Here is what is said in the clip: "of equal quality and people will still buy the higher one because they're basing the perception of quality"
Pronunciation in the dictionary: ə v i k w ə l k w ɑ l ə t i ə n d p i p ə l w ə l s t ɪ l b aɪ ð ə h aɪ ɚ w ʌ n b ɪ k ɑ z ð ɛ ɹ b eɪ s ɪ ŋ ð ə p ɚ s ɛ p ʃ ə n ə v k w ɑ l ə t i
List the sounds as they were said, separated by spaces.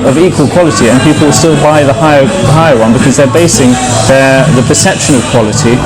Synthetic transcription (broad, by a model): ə v i k w ə l k w ɑ l ə t i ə n p i p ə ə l s t ɪ l b aɪ ð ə h aɪ ɚ w ʌ n b ɪ k ɑ z ð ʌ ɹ b eɪ s ɪ ŋ ð ə p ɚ s ɛ p ʃ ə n ə v k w ɑ l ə t i